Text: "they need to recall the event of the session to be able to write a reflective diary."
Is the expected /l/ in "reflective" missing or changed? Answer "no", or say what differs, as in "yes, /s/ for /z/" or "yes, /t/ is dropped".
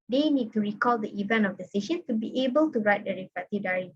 yes, /l/ is dropped